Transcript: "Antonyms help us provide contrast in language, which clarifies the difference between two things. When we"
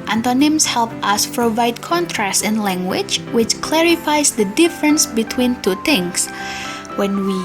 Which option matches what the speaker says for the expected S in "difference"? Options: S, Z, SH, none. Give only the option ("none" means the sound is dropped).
S